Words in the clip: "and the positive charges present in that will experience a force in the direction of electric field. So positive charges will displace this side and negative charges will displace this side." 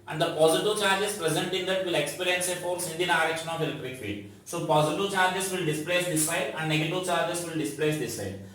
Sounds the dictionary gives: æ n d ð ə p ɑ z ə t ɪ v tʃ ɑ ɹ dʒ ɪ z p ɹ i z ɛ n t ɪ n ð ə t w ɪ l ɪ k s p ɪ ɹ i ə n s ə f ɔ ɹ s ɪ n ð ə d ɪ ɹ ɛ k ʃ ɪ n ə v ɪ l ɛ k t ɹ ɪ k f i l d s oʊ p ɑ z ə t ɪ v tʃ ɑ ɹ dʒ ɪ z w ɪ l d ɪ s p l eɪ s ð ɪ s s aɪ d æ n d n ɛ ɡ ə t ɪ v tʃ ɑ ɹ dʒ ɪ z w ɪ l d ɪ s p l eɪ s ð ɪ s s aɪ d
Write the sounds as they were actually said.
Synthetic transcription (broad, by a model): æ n d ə p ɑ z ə t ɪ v tʃ ɑ ɹ dʒ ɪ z p ɹ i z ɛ n t ɪ n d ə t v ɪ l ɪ k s p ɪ ɹ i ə n s ə f ɔ ɹ s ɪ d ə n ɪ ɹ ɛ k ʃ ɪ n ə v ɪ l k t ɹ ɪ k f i d s oʊ p ɑ z ə t ɪ v tʃ ɑ ɹ dʒ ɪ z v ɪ l d ɪ s p l eɪ s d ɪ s s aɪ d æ n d n ɛ ɡ ə t ɪ v tʃ ɑ ɹ dʒ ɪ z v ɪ l d ɪ s p l eɪ s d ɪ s s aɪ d